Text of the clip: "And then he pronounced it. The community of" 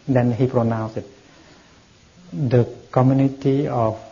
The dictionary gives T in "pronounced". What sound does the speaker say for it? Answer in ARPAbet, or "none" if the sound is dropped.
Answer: none